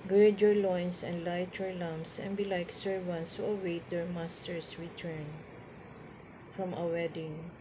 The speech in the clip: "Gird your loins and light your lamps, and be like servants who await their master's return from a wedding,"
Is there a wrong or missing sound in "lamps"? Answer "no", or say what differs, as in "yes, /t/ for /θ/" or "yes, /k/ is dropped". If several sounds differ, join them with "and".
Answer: yes, /p/ is dropped